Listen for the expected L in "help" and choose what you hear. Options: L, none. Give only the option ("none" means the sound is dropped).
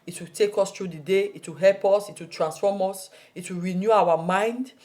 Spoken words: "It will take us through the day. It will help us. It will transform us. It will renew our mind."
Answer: L